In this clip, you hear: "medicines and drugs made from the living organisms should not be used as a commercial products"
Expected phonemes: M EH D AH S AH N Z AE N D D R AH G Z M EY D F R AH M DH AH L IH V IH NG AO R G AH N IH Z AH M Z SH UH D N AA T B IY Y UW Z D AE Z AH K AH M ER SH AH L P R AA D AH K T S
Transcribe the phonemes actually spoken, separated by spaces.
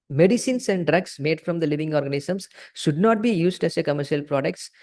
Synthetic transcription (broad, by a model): M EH D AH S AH N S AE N D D R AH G S M EY D F R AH M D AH L IH V IH NG AO R G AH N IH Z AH M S SH UH D N AA T B IY Y UW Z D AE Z AH K AH M ER SH AH L P R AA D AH K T S